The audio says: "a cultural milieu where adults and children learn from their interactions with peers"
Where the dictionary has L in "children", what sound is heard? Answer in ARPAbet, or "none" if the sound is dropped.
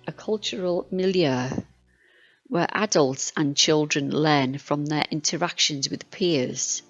L